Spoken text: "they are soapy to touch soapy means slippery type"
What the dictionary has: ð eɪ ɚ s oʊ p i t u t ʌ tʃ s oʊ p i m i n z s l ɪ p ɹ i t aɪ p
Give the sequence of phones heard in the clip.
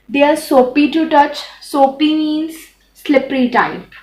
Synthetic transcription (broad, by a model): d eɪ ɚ s oʊ p i t u t ʌ tʃ s oʊ p i m i n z s l ɪ p ɹ i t aɪ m